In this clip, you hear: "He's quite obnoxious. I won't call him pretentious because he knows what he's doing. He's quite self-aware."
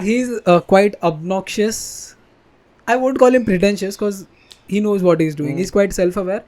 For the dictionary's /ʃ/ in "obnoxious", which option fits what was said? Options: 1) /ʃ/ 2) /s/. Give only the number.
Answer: 1